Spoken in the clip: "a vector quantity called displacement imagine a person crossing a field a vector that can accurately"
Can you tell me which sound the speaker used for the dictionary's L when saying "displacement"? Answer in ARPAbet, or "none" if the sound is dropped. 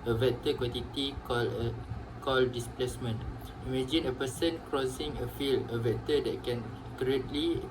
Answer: L